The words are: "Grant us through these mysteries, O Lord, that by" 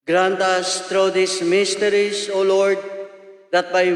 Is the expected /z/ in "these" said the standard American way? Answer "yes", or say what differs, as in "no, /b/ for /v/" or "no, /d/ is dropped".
no, /s/ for /z/